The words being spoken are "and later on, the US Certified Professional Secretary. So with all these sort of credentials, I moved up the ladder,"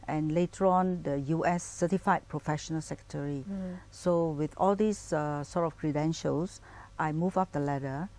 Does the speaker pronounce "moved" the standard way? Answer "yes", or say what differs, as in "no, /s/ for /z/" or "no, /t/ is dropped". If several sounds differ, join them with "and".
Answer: no, /d/ is dropped